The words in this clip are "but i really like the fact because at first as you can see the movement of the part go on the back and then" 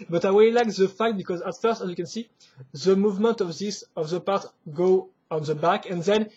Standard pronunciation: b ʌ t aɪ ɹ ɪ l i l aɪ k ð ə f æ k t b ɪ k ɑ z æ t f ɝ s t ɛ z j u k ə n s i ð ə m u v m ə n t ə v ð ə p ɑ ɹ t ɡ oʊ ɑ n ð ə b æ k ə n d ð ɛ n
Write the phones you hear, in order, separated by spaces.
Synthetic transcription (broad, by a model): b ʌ t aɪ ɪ w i l aɪ k ð ə f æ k t b ɪ k ɑ z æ t f ɝ s t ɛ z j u k ə n s i ð ə m u v m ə n t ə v ð ə p ɑ ɹ t ɡ oʊ ɑ n ð ə b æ k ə n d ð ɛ n